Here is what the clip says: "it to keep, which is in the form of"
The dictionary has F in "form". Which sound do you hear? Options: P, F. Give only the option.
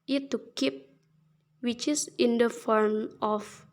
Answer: F